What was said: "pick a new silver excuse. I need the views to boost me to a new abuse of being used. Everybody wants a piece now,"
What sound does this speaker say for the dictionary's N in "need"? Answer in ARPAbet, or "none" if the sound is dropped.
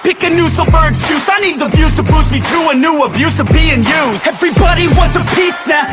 N